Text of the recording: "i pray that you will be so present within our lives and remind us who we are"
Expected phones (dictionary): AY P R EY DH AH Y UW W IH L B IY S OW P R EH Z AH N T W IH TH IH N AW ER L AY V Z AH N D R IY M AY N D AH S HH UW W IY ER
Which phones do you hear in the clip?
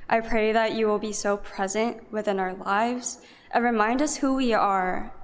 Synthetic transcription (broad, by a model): AY P R EY DH AH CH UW W IH L B IY S OW P R EH Z AH N T W IH TH IH N AW ER L AY V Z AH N R IY M AY N D AH S HH UW W IY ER